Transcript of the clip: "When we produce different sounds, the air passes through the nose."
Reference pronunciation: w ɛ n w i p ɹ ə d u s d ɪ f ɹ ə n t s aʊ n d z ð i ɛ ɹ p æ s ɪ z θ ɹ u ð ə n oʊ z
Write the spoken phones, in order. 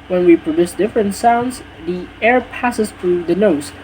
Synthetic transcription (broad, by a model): w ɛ n w i p ɹ ə d u s d ɪ f ɹ ə n t s aʊ n d z ð i ɛ ɹ p æ s ɪ z θ ɹ u ð ə n oʊ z